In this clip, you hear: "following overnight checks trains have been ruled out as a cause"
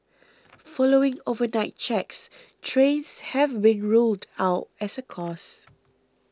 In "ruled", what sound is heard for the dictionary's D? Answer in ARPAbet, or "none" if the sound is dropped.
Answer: D